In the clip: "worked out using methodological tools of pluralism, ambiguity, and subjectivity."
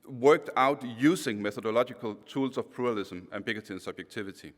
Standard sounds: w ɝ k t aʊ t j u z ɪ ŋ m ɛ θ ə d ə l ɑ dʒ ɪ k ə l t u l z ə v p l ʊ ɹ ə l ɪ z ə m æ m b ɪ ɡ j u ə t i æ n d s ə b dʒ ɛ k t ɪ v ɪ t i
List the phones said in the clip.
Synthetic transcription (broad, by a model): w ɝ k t aʊ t j u s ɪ ŋ m ɛ θ ə d ə l ɑ dʒ ɪ k ə l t u l s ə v p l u ɹ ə l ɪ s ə m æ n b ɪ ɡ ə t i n s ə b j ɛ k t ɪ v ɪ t i